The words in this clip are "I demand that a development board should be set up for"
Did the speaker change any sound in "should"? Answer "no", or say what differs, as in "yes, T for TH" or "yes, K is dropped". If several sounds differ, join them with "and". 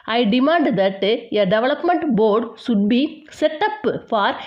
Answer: yes, S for SH